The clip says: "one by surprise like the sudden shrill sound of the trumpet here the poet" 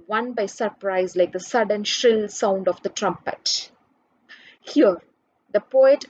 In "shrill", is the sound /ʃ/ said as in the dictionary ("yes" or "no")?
yes